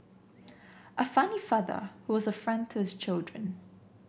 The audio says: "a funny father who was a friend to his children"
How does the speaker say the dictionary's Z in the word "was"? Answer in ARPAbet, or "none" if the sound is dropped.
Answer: Z